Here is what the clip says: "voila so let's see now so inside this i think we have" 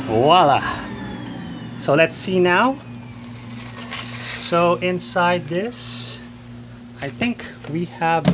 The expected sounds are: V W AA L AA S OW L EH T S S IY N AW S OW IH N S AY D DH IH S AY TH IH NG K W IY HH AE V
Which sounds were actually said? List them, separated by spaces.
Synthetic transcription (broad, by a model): W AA L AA S OW L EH T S S IY N AW S OW IH N S AY D DH IH S AY TH IH NG K W IY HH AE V